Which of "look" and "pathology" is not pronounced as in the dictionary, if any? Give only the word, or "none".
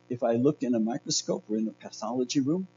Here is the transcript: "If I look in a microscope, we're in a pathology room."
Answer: none